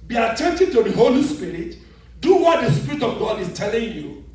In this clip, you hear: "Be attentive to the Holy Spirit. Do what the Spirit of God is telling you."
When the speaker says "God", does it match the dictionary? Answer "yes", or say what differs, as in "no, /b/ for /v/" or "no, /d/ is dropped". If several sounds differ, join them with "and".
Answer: yes